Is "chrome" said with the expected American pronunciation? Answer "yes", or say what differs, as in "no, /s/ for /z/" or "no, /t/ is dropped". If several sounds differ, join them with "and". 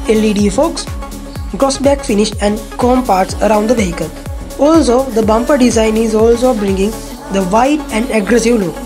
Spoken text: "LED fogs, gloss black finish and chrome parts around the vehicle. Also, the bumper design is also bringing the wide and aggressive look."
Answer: no, /ɹ/ is dropped